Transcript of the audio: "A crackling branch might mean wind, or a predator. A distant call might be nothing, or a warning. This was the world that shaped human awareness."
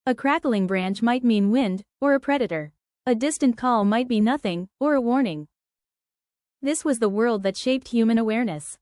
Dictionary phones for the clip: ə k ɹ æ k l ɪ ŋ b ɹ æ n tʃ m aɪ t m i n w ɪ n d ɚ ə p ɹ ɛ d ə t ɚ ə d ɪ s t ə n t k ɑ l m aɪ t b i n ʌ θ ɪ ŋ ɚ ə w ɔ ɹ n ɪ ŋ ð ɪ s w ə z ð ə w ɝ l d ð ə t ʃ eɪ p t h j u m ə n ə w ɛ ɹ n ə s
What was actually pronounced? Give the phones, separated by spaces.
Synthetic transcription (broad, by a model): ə k ɹ æ k l ɪ ŋ b ɹ æ n tʃ m aɪ t m i n w ɪ n d ɚ ə p ɹ ɛ d ə t ɚ ə d ɪ s t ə n k ɑ l m aɪ t b i n ʌ θ ɪ ŋ ɚ ə w ɔ ɹ n ɪ ŋ ð ɪ s w ə z ð ə w ɝ l d ð ə t ʃ eɪ p t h j u m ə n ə w ɛ ɹ n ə s